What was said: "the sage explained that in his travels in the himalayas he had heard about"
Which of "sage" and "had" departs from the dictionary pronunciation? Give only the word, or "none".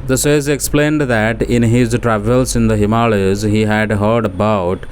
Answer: sage